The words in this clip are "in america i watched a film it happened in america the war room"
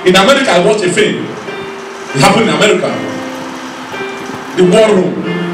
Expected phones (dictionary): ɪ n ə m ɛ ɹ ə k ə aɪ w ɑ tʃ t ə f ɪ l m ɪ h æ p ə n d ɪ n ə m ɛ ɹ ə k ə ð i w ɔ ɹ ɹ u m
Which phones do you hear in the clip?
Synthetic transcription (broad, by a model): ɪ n ə m ɛ ɹ ə k ə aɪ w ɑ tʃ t ə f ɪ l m ɪ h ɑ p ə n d ɪ n ə m ɛ ɹ ə k ə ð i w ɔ l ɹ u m